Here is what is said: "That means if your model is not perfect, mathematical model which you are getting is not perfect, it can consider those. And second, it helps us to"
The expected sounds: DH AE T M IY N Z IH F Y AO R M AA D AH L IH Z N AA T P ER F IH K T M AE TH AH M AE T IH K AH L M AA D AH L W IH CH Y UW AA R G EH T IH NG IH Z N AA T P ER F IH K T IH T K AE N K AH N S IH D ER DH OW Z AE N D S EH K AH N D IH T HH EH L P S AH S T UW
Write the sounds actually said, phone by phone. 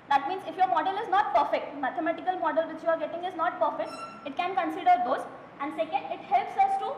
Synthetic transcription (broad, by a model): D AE T M IY N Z IH F Y AO R M AA D AH L IH Z N AA T P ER F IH K T M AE T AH M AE T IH K AH L M AA D AH L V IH CH Y UW AA R G EH T IH NG IH Z N AA T P ER F IH K T IH T K AE N K AH N S IH D ER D OW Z AE N D S EH K AH N D IH T HH EH L P S AH S T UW